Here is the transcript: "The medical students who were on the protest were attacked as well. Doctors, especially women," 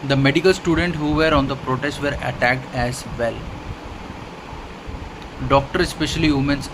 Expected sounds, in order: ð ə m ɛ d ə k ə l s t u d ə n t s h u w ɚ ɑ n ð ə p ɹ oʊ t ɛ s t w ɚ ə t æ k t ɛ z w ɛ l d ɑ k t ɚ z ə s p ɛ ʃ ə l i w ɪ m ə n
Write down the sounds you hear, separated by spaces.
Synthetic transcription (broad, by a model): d ə m ɛ d ə k ə l s t u d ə n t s h u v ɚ ɑ n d ə p ɹ oʊ t ɛ s t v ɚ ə t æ k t ɛ z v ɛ l d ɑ k t ɚ ə s p ɛ ʃ ə l i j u m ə n